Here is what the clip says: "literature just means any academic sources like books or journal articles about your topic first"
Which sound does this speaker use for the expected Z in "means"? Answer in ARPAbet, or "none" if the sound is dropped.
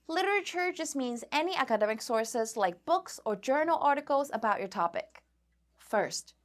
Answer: Z